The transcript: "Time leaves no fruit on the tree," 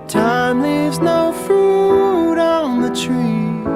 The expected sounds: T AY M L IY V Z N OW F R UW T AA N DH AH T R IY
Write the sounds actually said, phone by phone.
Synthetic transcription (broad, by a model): T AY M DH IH Z N OW F R UW T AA N DH AH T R IY